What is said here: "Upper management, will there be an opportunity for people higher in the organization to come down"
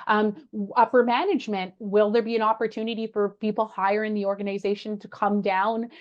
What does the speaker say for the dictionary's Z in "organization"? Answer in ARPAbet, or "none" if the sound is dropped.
Z